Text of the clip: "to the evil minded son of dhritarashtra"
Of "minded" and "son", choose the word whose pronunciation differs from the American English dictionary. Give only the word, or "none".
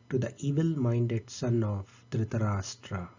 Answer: none